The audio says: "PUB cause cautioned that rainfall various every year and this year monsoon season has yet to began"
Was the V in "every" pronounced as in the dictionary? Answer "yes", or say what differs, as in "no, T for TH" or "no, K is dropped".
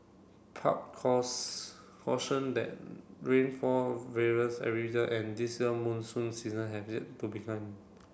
no, V is dropped